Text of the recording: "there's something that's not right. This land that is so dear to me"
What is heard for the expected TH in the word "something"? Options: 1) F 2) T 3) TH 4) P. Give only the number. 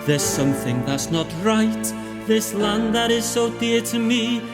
3